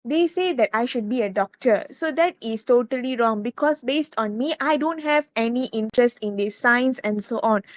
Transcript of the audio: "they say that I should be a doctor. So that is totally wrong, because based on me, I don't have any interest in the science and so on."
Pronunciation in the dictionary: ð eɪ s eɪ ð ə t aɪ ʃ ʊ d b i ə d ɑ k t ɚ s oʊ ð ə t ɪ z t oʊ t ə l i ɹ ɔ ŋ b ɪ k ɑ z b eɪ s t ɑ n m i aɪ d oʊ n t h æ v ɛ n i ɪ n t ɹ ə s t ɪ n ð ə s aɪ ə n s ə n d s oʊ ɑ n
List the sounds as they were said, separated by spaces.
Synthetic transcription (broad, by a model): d eɪ s eɪ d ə t aɪ ʃ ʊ d b i ə d ɑ k t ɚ s oʊ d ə t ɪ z t oʊ t ə l i ɹ ɔ ŋ b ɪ k ɑ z b eɪ s t ɑ n m i aɪ d oʊ n t h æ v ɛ n i ɪ n t ɹ ə s t ɪ n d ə s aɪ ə n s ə n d s oʊ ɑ n